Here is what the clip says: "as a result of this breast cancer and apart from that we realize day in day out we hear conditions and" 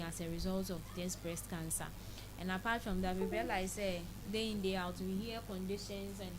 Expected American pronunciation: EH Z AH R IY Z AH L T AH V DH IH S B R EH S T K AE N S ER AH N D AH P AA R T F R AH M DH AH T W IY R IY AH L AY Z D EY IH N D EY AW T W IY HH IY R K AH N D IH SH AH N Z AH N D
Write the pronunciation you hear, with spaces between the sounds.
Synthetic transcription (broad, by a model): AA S AH R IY Z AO L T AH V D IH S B R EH S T K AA N S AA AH N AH P AA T F R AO M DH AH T W IY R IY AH L AY S D EY IH N D EY AW T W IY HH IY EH K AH N D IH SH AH N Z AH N